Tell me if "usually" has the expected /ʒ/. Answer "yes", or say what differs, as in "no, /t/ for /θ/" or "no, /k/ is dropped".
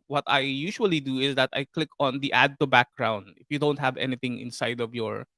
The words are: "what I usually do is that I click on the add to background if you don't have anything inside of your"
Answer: no, /ʃ/ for /ʒ/